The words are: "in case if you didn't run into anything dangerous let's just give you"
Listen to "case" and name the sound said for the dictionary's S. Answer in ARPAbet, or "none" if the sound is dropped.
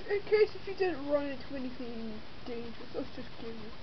S